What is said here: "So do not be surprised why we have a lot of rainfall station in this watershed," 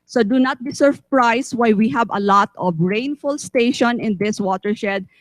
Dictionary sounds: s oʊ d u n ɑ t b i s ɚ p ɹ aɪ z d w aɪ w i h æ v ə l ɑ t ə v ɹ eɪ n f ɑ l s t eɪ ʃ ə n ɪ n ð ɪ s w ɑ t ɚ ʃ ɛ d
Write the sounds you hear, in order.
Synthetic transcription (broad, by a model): s oʊ d u n ɑ t b i s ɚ p ɹ aɪ s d w aɪ w i h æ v ə l ɑ t ə v ɹ eɪ n f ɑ l s t eɪ ʃ ə n ɪ n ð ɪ s w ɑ t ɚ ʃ ɛ d